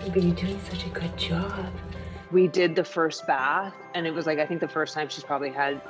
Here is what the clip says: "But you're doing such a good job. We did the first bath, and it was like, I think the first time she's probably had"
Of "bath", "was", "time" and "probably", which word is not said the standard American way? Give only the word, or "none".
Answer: none